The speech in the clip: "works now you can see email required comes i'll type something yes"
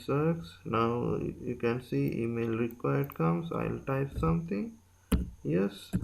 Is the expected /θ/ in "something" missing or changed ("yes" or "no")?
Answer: yes